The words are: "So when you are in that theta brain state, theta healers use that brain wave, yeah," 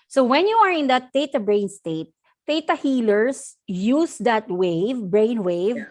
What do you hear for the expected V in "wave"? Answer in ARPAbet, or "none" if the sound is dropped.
V